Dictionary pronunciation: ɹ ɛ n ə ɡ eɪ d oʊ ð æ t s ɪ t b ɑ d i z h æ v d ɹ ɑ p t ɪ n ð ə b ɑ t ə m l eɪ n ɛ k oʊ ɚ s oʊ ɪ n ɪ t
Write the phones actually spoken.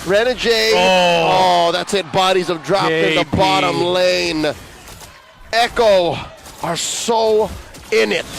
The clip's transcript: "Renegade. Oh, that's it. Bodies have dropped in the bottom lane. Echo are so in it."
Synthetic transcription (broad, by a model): ɹ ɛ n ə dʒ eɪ oʊ ð æ t s ɪ t b ɑ d i z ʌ v d ɹ ɑ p ɪ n ð ə b ɑ t ə m l eɪ n ɛ k oʊ ɚ s oʊ ɪ n ɪ t